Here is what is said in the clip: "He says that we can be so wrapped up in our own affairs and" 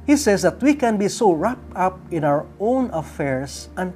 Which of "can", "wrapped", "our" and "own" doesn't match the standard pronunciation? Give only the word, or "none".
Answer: wrapped